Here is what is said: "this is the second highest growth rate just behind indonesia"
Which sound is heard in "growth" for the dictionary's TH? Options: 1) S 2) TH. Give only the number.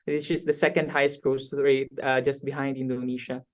1